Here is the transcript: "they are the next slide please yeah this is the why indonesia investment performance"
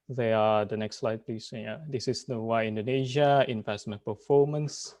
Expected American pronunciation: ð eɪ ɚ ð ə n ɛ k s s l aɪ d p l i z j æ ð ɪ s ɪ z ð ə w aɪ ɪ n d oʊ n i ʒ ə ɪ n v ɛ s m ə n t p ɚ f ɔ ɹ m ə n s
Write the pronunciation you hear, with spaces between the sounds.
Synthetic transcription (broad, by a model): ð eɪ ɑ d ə n ɛ k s s l aɪ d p l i s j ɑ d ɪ s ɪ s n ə w aɪ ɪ n d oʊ n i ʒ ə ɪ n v ɛ s m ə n p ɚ f ɔ m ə n s